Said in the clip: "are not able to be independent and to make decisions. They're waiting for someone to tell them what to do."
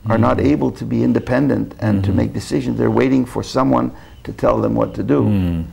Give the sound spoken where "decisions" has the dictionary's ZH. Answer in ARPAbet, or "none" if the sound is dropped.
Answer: ZH